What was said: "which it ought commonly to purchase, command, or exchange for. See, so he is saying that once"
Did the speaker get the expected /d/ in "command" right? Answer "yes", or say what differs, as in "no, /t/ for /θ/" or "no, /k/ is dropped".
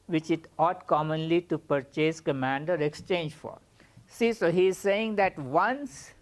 yes